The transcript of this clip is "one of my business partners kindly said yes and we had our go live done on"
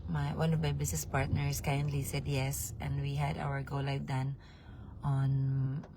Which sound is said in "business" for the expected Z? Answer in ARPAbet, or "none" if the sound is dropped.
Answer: S